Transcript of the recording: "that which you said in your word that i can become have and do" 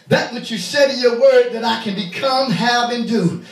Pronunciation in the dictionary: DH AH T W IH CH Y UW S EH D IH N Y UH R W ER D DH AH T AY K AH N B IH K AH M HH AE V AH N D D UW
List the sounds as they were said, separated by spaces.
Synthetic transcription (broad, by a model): DH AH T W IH CH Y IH S EH D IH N Y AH R W ER D DH AH T AY K AH N B IH K AH M HH AE V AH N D D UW